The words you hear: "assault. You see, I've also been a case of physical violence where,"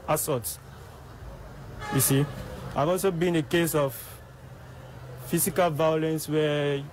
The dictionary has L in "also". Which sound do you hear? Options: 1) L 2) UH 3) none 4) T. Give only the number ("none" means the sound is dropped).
1